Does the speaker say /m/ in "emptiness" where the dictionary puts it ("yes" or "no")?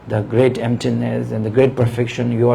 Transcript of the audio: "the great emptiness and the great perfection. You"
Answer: yes